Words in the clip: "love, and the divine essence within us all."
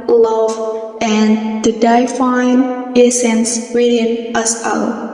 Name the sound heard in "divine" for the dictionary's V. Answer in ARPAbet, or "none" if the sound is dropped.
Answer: F